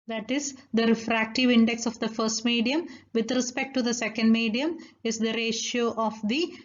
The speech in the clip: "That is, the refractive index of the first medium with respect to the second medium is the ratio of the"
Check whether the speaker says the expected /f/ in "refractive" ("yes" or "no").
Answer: yes